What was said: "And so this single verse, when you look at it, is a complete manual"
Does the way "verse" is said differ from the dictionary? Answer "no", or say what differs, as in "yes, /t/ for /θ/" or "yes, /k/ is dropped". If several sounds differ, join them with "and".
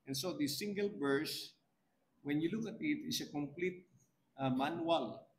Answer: yes, /b/ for /v/